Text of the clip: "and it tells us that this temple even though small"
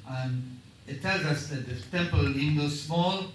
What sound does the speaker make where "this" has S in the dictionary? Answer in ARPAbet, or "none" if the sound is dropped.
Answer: none